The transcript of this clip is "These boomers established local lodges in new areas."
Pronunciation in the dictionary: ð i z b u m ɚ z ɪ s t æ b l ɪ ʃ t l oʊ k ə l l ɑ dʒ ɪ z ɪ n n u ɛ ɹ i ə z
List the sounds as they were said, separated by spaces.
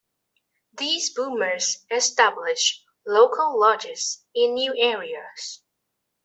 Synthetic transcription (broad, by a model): ð i z b u m ɚ z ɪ s t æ b l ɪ ʃ l oʊ k ə l l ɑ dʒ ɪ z ɪ n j u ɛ ɹ i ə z